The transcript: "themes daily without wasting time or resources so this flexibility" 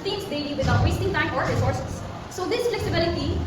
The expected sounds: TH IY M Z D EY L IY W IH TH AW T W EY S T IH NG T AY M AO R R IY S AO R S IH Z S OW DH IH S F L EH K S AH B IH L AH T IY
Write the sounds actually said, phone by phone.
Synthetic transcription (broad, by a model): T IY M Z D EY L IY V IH T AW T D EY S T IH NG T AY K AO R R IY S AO R S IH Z S OW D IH S F L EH K S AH B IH L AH T IY